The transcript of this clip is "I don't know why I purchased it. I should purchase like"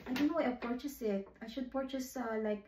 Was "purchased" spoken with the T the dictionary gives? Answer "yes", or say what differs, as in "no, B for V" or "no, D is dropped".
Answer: no, T is dropped